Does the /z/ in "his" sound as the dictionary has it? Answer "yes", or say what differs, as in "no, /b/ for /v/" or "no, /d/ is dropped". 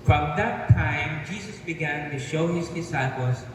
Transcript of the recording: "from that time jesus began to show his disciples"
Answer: yes